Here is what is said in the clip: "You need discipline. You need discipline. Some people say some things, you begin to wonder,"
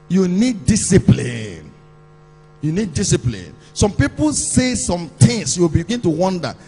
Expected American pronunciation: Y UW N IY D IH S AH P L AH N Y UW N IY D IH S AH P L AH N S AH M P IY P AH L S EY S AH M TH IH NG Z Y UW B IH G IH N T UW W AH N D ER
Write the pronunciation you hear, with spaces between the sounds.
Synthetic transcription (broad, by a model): Y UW N IY D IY S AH P L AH N Y UW N IY D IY S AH P L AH N S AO M P IY P AH L S EY S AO M T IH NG S Y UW B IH G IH N T UW W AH N D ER